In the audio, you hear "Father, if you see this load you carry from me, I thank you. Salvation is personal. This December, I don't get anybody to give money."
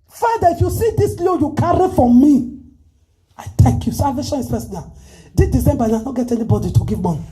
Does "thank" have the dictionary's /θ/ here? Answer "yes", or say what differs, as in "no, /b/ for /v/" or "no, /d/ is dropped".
no, /t/ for /θ/